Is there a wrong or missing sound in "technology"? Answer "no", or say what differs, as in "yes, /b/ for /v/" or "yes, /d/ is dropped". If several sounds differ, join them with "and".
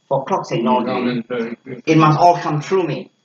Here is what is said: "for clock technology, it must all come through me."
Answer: yes, /s/ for /t/ and /k/ is dropped and /l/ is dropped